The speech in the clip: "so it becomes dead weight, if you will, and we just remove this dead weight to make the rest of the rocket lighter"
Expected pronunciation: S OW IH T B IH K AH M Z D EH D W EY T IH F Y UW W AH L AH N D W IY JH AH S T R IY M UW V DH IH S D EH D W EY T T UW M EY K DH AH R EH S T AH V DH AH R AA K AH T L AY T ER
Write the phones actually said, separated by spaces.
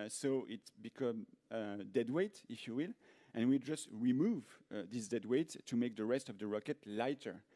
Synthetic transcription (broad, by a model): S OW IH T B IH K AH M D EH D W EY T IH F Y UW W AH L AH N W IY JH AH S T R IY M UW V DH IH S D EH D W EY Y T UW M EY K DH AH R EH S T AH V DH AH R AA K AH T L AY T ER